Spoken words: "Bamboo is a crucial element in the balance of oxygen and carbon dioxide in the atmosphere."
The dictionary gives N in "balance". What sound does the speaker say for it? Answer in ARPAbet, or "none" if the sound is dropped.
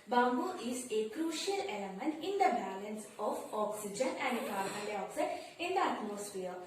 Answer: N